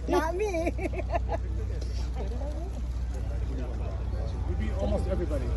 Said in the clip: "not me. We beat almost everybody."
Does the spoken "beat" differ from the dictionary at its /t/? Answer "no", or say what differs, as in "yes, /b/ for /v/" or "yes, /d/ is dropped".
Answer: yes, /t/ is dropped